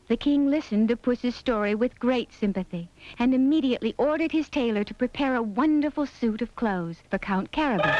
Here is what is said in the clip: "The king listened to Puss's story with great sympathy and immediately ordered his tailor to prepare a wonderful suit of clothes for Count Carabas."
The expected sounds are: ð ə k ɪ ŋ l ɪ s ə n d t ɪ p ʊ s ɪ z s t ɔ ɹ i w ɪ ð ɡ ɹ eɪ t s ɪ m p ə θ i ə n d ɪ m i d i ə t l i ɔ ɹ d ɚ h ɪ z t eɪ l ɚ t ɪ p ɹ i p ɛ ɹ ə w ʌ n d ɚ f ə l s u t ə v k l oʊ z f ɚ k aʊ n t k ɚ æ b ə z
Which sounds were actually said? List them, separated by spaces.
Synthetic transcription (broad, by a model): ð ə k ɪ ŋ l ɪ s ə n t ɪ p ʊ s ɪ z s t ɔ ɹ i w ɪ ð ɡ ɹ eɪ t s ɪ m p ə θ i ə n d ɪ m i d i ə t l i ɔ ɹ d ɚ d ɪ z t eɪ l ɚ t ɪ p ɹ i p ɛ ɹ ə w ʌ n d ɚ f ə l s u t ə v k l oʊ z f ɚ k aʊ n k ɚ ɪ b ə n